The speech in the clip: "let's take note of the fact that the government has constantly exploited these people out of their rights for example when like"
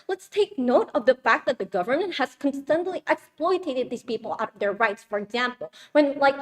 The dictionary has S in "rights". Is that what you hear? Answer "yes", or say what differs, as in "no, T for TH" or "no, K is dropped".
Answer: yes